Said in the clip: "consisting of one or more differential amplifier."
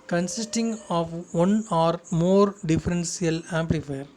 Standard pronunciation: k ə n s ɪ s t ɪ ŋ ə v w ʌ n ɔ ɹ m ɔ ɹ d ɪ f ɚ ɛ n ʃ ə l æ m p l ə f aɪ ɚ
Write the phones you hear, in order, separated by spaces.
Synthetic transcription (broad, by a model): k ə n s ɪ s t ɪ ŋ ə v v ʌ n ɔ ɹ m ɔ ɹ d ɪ f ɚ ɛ n s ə l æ m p l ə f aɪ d